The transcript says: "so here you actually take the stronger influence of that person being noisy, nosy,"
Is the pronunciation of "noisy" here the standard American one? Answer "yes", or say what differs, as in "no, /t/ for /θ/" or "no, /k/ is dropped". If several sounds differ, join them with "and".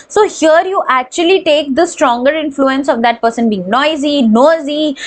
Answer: yes